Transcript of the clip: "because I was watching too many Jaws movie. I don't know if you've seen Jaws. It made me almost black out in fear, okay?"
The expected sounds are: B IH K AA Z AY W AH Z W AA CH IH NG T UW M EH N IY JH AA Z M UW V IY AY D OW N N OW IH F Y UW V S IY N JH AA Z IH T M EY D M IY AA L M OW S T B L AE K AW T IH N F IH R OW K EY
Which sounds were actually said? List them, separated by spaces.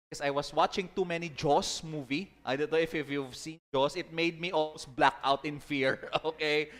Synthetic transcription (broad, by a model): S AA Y W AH S W AA CH IH NG T UW M EH N IY JH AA S M UW V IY AY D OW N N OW IH F Y UW V S IY N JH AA S IH T M EY D M IY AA L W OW S B L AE K AW T IH N F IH R OW K EY